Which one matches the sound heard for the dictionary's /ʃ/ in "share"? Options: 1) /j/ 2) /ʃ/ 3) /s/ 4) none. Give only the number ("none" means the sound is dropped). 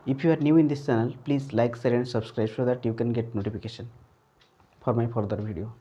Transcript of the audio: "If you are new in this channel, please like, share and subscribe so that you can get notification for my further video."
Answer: 3